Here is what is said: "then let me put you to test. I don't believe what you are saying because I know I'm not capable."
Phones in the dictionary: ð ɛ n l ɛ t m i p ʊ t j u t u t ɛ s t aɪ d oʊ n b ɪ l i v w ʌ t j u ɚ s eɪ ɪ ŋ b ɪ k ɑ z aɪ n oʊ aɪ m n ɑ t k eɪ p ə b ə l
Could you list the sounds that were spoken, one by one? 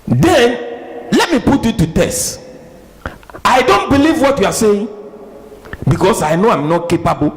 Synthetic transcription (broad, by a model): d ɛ l ɛ t m i p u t j u t u t ɛ s t aɪ d oʊ n b ɪ l i v w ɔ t j u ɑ s eɪ ɪ ŋ b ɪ k ɑ s aɪ n oʊ aɪ m n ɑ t k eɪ p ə b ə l